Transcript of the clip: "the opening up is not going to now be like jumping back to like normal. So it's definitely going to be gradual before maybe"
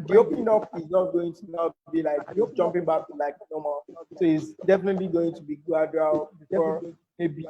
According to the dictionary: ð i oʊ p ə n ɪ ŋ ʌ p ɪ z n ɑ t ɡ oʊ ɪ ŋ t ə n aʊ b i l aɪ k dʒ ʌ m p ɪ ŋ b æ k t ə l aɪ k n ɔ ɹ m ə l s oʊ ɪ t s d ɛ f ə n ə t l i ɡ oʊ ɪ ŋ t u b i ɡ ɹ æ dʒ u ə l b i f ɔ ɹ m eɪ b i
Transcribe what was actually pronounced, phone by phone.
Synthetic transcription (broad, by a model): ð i oʊ p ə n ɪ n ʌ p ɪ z n ɑ t ɡ oʊ ɪ ŋ t ə n aʊ b i l aɪ k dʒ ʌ m p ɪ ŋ b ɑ k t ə l aɪ k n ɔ m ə s oʊ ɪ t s d ɛ f ə n ə t l i ɡ oʊ ɪ ŋ t u b i ɡ ɑ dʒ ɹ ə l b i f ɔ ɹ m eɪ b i